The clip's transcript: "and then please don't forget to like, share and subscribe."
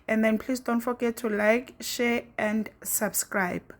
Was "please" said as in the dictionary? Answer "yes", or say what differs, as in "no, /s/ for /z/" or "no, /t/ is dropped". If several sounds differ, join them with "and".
no, /s/ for /z/